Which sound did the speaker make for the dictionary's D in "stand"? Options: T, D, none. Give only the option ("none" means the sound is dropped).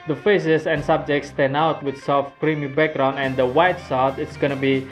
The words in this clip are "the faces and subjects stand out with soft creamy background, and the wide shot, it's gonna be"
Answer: none